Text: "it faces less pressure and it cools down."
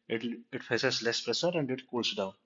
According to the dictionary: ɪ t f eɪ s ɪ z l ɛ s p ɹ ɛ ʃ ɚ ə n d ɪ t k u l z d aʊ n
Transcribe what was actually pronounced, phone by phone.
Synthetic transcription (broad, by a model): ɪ t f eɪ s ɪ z l ɛ s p ɹ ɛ s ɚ ə n d ɪ t k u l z d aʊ n